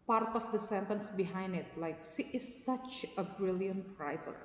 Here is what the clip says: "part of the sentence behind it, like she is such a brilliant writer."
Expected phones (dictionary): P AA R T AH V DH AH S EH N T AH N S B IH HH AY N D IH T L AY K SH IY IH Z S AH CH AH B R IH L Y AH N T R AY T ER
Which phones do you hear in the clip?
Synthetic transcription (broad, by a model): P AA R T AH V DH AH S EH N T AH N S B IH HH AY N D IH T L AY K S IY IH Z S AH CH AH B R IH L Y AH N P R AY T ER